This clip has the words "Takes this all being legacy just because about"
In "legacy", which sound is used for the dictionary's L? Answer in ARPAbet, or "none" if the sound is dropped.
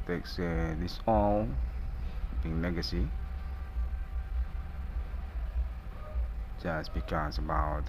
N